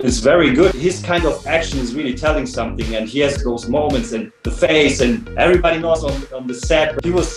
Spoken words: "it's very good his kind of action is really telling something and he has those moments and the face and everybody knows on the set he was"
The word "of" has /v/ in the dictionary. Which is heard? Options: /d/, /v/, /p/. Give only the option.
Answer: /v/